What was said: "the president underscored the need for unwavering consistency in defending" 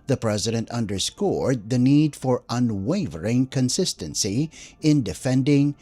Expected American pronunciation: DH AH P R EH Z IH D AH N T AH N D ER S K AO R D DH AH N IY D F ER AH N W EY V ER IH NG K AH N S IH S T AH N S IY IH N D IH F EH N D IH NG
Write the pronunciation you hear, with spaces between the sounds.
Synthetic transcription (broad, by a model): DH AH P R EH Z IH D AH N T AH N D ER S K AO R D DH AH N IY D F ER AH N W EY V ER IH NG K AH N S IH S T AH N S IY IH N D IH F EH N D IH NG